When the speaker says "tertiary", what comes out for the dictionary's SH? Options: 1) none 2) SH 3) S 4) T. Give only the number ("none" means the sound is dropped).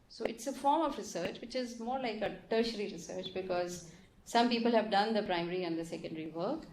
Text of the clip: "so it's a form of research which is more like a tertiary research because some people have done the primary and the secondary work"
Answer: 2